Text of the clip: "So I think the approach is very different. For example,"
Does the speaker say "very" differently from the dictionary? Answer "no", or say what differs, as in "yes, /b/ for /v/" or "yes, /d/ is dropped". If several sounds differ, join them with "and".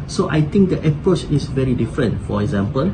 no